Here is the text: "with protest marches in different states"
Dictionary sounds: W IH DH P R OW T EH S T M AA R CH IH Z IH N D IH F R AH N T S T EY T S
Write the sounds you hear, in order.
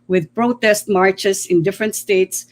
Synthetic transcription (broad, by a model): W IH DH P R OW T EH S T M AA R CH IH S IH N D IH F R AH N T S T EY T S